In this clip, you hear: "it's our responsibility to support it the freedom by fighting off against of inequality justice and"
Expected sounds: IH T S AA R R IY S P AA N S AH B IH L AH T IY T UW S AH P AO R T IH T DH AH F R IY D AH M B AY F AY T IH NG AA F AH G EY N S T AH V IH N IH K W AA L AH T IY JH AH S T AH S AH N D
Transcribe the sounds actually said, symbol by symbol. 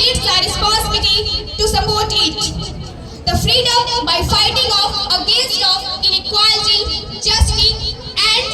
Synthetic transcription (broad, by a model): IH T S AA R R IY S P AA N S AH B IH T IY T UW S AH P AO R T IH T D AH F R IY D AH M B AY F AY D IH NG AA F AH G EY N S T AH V IH N IH K W AA L AH T IY JH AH S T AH AH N